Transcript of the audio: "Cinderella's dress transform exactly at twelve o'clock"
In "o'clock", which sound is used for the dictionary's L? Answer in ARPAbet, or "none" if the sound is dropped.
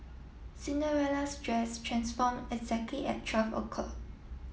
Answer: none